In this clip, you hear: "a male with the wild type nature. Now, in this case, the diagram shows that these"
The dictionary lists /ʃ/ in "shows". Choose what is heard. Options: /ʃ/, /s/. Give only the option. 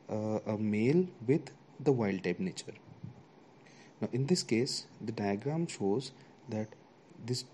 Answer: /ʃ/